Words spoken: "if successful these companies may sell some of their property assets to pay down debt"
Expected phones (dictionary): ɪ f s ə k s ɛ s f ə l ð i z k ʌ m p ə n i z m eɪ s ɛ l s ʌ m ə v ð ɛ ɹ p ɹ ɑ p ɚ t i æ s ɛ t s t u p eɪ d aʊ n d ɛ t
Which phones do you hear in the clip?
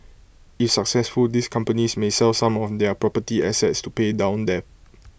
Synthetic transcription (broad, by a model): ɪ f s ə k s ɛ s f ə l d i s k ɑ m p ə n i s m eɪ s ɛ l s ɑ m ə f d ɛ p ɹ ɑ p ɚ t i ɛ s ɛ t s t u p eɪ d aʊ n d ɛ